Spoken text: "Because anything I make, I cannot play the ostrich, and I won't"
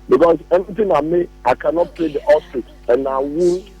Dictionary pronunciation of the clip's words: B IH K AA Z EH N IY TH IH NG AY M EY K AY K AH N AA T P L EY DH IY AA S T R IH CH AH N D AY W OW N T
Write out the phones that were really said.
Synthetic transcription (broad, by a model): B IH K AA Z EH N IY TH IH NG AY M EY AY K AH N AA T P L EY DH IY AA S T IH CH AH N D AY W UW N